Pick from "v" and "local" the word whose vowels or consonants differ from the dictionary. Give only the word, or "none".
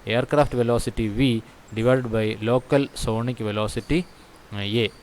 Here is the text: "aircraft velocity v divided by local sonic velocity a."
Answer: none